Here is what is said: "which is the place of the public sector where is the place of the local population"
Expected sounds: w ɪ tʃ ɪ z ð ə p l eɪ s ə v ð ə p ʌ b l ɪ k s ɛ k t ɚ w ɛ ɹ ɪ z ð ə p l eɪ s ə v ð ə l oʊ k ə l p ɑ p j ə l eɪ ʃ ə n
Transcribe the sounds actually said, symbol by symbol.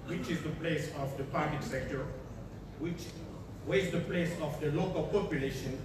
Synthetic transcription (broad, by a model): w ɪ tʃ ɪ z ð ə p l eɪ s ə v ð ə p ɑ b l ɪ k s ɛ k t ɚ w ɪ w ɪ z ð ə p l eɪ s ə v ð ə l oʊ k ə l p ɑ p j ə l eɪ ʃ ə n